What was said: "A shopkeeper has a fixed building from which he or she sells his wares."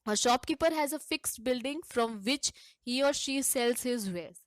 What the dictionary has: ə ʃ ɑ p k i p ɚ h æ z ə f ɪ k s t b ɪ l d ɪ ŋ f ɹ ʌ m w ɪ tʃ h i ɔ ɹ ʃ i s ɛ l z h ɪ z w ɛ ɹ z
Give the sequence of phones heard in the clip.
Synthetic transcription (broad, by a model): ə ʃ ɑ p k i p ɚ h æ z ə f ɪ k s t b ɪ l d ɪ ŋ f ɹ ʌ m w ɪ tʃ h i ɔ ɹ ʃ i s ɛ l z h ɪ z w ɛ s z